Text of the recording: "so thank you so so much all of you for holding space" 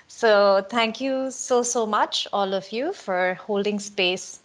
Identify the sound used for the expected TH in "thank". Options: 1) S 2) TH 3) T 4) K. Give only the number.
3